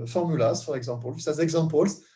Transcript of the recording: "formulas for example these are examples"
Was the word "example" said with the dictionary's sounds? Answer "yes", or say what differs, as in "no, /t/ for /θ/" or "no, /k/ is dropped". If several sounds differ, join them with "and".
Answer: no, /m/ is dropped